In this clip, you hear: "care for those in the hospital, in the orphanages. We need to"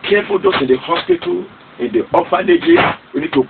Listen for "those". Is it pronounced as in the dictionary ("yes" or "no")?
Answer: no